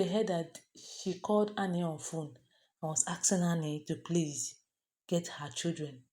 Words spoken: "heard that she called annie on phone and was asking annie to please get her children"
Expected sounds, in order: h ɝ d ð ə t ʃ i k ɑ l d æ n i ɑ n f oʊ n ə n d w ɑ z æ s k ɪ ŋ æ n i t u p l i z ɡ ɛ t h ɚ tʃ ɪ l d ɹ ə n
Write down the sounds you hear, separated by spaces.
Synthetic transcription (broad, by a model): h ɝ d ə t ʃ i k ɑ l d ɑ n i ɑ n f oʊ n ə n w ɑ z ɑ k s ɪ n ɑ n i t u p l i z ɡ ɛ t h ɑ tʃ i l d ɹ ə n